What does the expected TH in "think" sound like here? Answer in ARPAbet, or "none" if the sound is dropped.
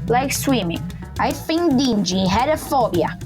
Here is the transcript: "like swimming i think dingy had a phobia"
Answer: F